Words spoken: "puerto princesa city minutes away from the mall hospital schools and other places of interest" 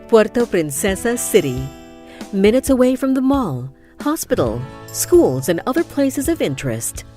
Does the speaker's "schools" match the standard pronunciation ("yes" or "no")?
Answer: yes